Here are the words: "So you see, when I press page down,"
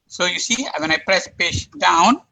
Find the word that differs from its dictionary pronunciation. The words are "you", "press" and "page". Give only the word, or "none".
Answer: page